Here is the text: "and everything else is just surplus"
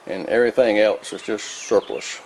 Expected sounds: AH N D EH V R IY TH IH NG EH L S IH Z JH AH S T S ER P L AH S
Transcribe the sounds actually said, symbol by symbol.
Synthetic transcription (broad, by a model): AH N EH V R IY TH IH NG EH L S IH S JH AH S T S ER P L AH S